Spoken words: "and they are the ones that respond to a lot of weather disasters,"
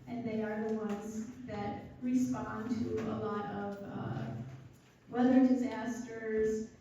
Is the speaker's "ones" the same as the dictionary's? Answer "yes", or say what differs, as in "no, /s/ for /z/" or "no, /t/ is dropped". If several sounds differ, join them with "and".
yes